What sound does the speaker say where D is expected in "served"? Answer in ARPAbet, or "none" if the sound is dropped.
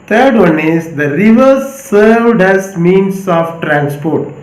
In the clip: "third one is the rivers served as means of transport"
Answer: D